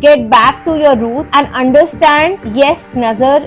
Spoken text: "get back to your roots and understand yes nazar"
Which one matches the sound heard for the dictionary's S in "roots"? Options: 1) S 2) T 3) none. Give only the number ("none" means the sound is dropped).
3